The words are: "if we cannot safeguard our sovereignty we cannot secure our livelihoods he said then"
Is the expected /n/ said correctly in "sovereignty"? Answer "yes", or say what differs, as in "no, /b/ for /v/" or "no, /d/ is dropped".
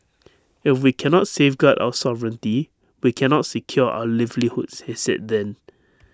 yes